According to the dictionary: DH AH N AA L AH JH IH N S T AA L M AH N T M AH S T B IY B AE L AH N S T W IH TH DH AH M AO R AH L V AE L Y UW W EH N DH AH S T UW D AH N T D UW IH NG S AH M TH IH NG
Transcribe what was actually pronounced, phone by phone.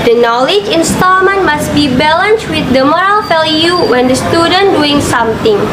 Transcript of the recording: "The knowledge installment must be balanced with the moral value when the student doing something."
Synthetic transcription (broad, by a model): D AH N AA L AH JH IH N S T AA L M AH N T M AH S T B IY B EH L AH N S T W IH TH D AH M AO R AH L F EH L Y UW W EH N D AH S T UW D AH N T D UW IH NG S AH M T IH NG